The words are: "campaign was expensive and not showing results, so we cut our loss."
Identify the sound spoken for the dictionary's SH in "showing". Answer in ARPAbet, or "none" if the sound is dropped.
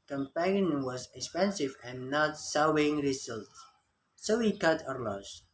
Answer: S